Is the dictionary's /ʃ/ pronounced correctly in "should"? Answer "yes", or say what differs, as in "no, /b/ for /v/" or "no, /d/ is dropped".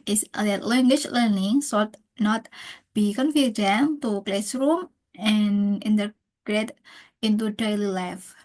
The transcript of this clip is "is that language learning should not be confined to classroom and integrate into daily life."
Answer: no, /s/ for /ʃ/